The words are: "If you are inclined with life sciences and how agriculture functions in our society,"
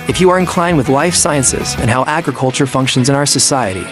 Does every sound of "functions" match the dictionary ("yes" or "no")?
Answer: yes